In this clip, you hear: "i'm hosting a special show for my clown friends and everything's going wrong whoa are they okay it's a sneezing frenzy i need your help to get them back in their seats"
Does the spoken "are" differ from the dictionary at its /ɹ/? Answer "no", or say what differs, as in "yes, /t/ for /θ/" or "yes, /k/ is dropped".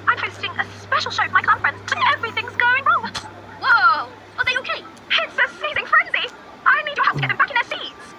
yes, /l/ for /ɹ/